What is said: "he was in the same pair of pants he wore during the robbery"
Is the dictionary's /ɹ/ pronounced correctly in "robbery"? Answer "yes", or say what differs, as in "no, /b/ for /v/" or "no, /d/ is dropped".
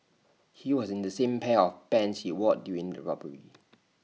yes